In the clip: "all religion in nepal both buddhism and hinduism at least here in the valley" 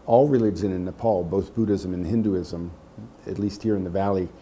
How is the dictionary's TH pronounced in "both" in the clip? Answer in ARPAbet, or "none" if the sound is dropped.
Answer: TH